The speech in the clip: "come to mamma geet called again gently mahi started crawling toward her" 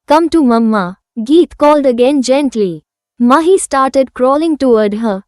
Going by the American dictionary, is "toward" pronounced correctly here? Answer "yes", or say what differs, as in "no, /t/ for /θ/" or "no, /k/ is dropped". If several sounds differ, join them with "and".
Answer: no, /w/ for /ɹ/